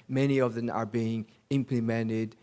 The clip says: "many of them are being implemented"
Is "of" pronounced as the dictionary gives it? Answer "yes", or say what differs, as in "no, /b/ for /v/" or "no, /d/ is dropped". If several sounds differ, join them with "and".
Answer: yes